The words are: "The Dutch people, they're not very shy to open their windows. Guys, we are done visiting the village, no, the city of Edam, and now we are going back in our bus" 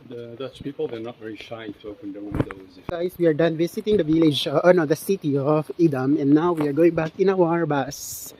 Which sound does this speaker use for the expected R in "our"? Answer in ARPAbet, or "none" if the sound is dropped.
R